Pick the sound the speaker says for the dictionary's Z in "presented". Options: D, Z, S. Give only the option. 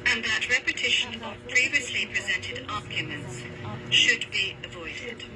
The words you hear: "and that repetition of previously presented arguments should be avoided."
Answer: Z